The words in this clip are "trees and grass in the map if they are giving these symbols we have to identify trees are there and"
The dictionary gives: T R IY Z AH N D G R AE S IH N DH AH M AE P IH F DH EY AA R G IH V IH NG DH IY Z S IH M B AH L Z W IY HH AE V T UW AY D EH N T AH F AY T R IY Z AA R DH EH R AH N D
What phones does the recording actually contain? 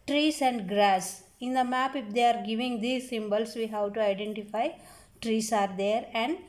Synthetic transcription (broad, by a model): T R IY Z AH N D G R AE S IH N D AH M AE P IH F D EY AA R G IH V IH NG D IY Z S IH M B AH L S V IY HH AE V T UW AY D EH N T AH F AY T R IY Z AA R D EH R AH N D